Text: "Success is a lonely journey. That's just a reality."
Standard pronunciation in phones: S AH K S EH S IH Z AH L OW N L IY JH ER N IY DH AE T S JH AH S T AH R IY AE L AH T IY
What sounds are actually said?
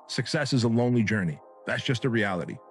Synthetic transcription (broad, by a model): S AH K S EH S IH Z AH L OW N L IY JH ER N IY DH AE T S JH AH S T AH R IY AE L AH T IY